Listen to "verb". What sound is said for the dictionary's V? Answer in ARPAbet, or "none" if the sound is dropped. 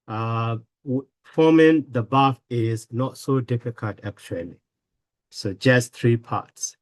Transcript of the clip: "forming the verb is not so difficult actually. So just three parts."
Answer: B